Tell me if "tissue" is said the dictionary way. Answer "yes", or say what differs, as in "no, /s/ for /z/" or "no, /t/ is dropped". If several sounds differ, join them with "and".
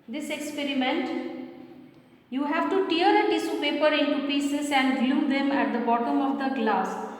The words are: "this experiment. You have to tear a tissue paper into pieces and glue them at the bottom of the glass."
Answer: no, /s/ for /ʃ/